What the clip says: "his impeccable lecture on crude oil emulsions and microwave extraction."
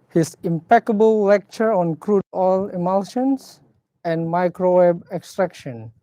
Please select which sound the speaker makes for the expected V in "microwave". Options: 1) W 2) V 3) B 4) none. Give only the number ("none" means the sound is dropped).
3